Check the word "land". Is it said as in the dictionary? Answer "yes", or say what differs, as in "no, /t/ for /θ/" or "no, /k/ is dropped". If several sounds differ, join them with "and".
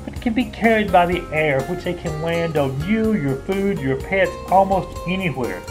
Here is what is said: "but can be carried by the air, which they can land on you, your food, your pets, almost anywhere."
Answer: yes